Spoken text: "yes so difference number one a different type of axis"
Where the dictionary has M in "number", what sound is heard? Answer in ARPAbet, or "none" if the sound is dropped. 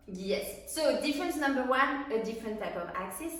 M